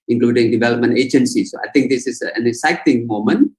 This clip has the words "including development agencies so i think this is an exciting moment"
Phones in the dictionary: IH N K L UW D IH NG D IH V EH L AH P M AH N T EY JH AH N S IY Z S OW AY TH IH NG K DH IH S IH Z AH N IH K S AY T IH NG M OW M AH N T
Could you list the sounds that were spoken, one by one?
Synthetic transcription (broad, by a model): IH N K L UW D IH NG D IH V EH L AH P M AH N T EY JH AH N S IY S OW AY T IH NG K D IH S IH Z AH N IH S AY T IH NG M OW M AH N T